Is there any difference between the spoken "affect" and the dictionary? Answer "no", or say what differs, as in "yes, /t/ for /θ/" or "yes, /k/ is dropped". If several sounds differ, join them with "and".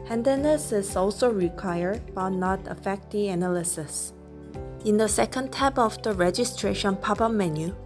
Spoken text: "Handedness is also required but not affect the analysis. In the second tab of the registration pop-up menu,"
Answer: no